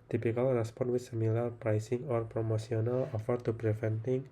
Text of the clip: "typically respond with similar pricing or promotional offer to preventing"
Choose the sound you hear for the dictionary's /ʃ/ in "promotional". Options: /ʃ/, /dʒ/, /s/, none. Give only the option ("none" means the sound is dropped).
/s/